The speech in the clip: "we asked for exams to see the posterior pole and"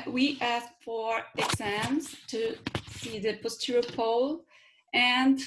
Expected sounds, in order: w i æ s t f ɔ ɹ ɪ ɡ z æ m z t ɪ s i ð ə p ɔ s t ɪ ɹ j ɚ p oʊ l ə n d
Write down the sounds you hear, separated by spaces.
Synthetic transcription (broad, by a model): w i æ s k f ɔ ɹ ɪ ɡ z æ m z t ɪ s i ð ə p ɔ s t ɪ ɹ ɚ p oʊ l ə n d